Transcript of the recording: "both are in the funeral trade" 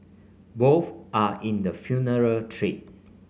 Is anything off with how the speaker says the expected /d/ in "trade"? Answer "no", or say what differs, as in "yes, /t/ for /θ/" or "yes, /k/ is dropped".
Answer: yes, /d/ is dropped